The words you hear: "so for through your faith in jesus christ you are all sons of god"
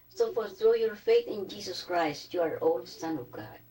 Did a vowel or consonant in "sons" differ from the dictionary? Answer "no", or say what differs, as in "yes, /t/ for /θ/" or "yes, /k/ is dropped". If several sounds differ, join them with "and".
yes, /z/ is dropped